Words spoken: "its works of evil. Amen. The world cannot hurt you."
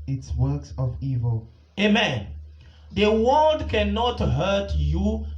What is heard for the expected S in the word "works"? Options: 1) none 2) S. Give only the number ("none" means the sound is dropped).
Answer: 2